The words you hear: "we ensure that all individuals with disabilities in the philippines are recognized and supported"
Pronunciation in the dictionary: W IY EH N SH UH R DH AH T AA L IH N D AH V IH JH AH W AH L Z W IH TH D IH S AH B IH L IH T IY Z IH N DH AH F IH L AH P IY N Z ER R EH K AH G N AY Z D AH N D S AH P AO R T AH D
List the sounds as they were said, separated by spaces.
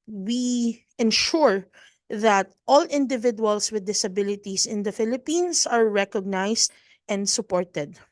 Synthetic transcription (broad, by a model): W IY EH N SH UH R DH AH T AA L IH N D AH V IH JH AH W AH L S W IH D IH S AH B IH L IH T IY S IH N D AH F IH L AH P IY N S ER R EH K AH G N AY S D AH N D S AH P AO R T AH D